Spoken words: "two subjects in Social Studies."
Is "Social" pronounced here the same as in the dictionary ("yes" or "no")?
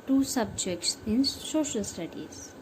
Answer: yes